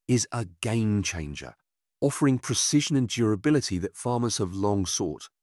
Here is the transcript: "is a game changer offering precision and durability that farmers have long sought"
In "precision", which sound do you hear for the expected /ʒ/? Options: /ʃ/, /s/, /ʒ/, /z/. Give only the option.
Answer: /ʒ/